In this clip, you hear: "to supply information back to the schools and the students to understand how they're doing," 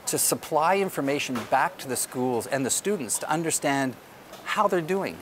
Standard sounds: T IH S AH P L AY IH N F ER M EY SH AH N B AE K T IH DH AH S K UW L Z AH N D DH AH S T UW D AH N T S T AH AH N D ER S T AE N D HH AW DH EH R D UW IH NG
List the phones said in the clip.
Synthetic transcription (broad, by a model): T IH S AH P L AY IH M F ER M EY SH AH N B AE K T IH DH AH S K UW L Z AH N DH AH S T UW D N T S T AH AH N D ER S T AE N D HH AW DH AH R D UW IH NG